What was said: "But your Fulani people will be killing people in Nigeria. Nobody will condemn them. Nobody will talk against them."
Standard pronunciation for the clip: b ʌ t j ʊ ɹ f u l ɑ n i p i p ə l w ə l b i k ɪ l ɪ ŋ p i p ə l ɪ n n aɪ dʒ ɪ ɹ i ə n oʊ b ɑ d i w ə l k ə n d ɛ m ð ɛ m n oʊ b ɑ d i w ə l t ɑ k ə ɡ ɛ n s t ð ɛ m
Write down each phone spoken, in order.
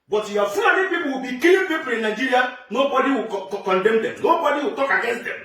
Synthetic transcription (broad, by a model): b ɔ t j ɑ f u ɑ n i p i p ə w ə b i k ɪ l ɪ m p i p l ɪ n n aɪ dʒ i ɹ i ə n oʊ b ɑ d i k k ə n d ɛ m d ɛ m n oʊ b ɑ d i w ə t ɑ k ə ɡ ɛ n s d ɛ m